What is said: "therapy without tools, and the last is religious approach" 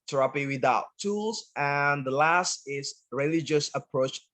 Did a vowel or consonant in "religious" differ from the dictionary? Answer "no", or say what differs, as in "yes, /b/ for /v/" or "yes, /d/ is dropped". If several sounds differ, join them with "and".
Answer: no